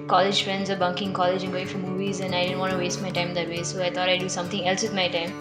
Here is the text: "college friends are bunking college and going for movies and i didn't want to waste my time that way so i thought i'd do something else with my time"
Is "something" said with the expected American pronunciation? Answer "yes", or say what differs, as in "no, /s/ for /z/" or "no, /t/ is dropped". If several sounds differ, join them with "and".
no, /t/ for /θ/